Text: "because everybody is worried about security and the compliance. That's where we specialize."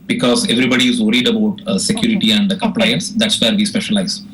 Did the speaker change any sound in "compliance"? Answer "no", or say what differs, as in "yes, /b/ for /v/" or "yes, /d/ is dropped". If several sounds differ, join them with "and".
no